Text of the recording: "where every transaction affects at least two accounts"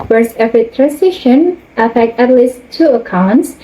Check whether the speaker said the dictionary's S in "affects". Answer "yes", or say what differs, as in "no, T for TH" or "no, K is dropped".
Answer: no, S is dropped